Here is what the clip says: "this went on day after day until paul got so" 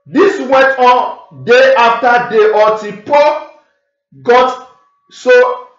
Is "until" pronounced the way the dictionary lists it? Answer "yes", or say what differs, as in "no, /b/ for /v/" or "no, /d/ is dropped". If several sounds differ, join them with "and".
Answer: no, /n/ is dropped